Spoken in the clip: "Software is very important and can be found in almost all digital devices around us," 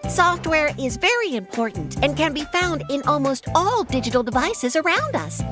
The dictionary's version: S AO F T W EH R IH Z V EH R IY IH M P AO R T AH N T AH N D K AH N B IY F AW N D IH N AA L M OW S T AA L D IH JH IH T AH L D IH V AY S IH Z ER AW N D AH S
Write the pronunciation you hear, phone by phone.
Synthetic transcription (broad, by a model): S AO F T W EH R IH Z V EH R IY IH M P AO R T N T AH N K AH N B IY F AW N D IH N AA L M OW S T AA L D IH JH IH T L D IH V AY S IH Z ER AW N D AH S